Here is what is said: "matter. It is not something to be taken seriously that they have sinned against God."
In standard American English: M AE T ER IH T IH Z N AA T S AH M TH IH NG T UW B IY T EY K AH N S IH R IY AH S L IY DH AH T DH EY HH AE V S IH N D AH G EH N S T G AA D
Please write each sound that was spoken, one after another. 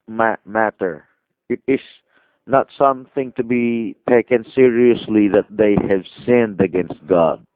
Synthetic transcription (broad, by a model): M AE T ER IH T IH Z N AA T S AH M TH IH NG T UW B IY T EY K AH N S IH R IY AH S L IY DH AH T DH EY HH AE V S IH N D AH G EH N S T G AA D